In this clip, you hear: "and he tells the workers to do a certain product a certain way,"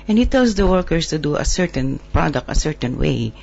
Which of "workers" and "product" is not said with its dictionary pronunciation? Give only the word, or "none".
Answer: workers